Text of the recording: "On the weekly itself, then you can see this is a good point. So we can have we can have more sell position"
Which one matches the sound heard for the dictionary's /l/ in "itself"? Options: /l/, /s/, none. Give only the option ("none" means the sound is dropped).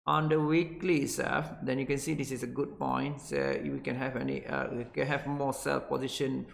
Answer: none